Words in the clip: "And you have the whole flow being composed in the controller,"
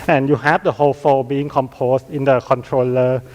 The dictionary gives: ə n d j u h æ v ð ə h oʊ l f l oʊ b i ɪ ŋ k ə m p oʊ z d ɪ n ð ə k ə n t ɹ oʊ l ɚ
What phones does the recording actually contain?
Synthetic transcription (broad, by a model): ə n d j u h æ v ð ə h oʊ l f oʊ b i ɪ ŋ k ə m p oʊ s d ɪ n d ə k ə n t ɹ oʊ l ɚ